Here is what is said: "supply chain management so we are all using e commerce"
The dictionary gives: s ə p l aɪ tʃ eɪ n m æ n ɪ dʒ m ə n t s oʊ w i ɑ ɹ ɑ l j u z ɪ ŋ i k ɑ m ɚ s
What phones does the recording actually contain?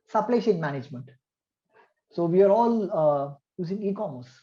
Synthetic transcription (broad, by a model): s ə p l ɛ ʃ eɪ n m æ n ɪ dʒ m ə n t s oʊ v i ɑ ɹ ɑ l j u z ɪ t i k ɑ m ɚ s